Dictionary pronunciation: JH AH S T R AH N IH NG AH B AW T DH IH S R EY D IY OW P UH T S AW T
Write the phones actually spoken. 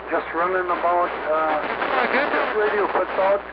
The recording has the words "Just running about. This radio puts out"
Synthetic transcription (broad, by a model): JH AH S T R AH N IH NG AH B AW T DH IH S R EY D IY OW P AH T AO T